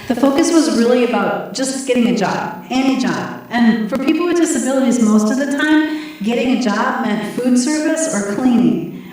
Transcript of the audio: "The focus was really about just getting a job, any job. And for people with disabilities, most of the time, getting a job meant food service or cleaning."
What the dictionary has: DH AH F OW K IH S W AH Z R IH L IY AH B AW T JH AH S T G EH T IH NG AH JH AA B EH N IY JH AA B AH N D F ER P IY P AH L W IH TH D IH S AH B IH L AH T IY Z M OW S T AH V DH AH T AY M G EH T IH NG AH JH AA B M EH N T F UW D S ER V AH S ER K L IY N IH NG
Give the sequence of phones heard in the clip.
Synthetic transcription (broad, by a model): DH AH F OW K IH S W AH Z R IH L IY AH B AW T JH AH S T G EH T IH NG AH JH AA B EH N IY JH AA B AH N F ER P IY P L W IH D IH S AH B IH L AH T IY Z M OW S T AH V DH AH T AY M G EH T IH NG AH JH AA B M EH N T F UW D S ER V AH S ER K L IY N IH NG